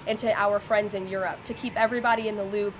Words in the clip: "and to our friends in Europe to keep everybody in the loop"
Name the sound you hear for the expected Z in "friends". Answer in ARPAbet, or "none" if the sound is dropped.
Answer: Z